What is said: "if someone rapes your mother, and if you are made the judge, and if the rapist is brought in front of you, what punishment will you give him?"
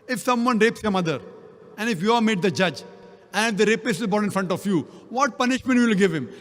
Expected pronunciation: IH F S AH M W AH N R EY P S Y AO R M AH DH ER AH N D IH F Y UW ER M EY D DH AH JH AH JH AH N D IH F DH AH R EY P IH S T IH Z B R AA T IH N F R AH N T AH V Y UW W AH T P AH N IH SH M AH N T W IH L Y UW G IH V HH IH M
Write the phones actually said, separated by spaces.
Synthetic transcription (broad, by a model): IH F S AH M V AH N R EY P S Y AO R M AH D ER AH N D IH F Y UW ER M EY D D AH JH AH JH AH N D IH F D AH R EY P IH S IH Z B AA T IH N F R AH N T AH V Y UW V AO T P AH N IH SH M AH N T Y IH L G IH V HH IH M